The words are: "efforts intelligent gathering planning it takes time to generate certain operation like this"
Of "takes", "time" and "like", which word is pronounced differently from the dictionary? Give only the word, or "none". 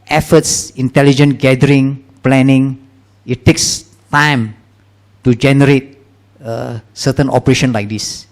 none